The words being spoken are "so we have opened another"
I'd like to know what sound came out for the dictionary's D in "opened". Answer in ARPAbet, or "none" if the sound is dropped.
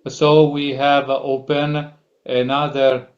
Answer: none